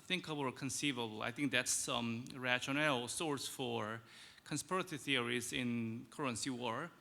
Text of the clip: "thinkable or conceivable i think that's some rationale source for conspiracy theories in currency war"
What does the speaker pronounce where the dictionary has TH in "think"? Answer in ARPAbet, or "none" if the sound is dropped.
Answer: TH